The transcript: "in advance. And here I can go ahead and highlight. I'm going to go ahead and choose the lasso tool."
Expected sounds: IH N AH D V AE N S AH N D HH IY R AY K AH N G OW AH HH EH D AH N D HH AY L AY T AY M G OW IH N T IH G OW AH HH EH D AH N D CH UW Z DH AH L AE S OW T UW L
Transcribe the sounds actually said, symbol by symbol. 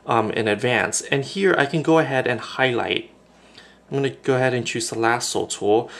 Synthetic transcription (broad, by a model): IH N AH D V AE N S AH N HH IY R AY K AH N G OW AH HH EH D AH N HH AY L AY T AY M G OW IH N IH G OW AH HH EH D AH N CH UW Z DH AH L AE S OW T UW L